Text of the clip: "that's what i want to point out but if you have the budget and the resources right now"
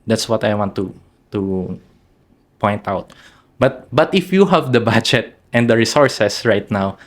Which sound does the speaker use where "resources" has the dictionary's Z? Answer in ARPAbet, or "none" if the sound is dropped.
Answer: S